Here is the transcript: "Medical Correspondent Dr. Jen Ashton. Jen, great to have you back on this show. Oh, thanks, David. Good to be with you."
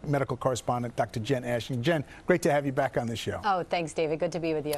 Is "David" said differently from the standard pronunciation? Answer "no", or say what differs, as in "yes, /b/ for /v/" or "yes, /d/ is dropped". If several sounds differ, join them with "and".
no